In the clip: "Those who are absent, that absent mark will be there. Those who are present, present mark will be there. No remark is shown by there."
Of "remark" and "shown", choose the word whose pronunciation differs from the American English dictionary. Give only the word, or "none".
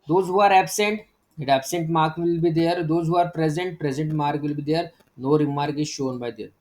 none